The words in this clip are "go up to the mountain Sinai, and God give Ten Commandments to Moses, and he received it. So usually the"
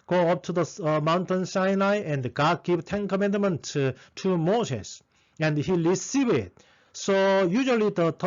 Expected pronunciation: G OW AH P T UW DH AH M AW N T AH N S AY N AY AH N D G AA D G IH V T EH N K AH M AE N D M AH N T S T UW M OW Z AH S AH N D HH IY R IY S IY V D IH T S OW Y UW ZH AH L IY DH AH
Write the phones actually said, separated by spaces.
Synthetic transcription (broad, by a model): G OW AH P T UW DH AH M AW N T AH N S AY N AY AH N D G AA D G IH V T EH N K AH M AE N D M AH N T T UW M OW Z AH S AH N D HH IY L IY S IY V IH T S OW Y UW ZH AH L IY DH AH